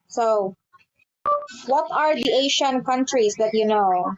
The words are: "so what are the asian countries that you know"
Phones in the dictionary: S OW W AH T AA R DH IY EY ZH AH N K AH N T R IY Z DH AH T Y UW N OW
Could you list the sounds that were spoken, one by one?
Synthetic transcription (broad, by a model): S OW W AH T AA R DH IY EY SH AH N K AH N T R IY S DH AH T Y UW N OW